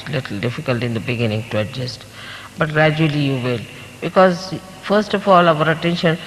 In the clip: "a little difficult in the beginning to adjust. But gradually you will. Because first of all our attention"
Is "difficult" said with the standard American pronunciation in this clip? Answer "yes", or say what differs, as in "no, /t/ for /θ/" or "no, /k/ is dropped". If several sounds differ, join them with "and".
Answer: yes